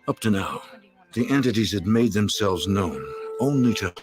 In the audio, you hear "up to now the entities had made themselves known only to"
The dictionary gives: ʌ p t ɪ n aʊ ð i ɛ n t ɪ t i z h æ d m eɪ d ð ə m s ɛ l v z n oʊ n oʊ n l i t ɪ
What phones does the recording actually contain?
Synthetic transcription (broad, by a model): ʌ p t ɪ n aʊ ð i ɛ n t ɪ t i z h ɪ d m eɪ d ð ə m s ɛ l v z n oʊ n oʊ n l i t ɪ